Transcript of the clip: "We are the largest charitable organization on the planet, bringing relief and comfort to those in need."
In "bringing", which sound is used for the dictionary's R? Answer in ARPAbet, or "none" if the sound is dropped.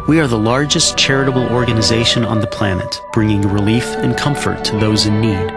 R